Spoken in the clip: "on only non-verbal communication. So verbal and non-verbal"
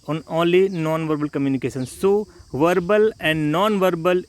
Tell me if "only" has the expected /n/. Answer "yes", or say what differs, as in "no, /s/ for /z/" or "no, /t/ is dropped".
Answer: no, /n/ is dropped